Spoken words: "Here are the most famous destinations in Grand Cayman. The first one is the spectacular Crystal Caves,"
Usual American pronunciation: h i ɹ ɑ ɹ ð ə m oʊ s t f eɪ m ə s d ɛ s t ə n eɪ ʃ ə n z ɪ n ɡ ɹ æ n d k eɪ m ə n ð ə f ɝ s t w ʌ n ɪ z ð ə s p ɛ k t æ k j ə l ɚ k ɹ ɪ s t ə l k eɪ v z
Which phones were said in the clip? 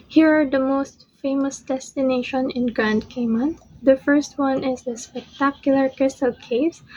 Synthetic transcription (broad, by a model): h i ɹ ɑ ɹ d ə m oʊ s t f eɪ m ə s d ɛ s t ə n eɪ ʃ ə n ɪ n ɡ ɹ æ n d k eɪ m ə n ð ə f ɝ s t w ʌ n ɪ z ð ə s p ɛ k t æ k j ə l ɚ k ɹ ɪ s t ə l k eɪ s